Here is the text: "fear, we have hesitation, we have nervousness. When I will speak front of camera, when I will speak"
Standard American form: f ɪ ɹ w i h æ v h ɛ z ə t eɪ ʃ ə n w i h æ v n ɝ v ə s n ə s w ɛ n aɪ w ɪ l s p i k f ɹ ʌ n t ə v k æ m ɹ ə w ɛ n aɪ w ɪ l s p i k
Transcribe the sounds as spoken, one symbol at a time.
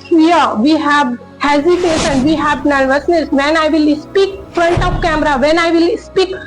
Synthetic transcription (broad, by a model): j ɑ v i h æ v h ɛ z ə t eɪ s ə n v i h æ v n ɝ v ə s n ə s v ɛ n aɪ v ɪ l s p i k f ɹ ʌ n t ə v k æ m ɹ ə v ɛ n aɪ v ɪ l s p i k